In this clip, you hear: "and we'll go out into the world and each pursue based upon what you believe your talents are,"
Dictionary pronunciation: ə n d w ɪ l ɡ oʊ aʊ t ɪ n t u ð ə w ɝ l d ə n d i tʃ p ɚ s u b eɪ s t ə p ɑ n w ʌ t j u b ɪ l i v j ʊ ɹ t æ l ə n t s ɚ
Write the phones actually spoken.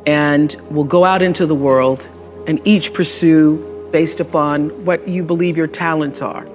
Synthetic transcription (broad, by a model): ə n w ɪ l ɡ oʊ aʊ t ɪ n t u ð ə w ɝ l d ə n i tʃ p ɚ s u b eɪ s t ə p ɑ n w ʌ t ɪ b ɪ l i v j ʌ ɹ t æ l ə n t s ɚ